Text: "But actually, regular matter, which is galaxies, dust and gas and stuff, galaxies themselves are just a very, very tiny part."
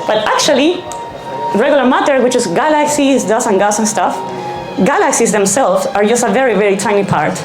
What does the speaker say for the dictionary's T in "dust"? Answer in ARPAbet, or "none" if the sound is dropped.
none